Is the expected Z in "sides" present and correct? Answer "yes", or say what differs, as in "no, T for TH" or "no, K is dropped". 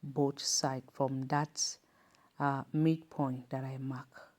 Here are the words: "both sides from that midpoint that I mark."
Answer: no, Z is dropped